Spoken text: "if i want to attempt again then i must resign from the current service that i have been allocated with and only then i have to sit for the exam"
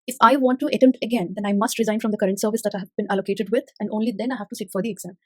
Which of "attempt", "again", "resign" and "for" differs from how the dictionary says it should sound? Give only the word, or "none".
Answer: attempt